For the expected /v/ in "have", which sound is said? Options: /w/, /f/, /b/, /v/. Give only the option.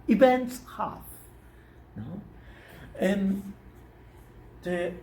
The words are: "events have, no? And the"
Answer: /f/